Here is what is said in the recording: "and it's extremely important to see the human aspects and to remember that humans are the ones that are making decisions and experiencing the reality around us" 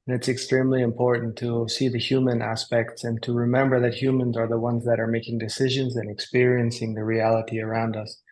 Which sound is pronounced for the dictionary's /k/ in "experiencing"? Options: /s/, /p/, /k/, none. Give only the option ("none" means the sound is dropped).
/k/